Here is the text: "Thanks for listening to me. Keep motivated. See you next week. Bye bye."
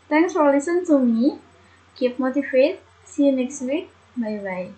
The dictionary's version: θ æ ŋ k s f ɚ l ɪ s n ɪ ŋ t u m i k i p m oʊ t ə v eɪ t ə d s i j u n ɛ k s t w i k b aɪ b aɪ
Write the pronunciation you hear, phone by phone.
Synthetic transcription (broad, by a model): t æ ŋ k s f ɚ l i s ɪ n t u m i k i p m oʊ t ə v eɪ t s i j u n ɛ k s t w i k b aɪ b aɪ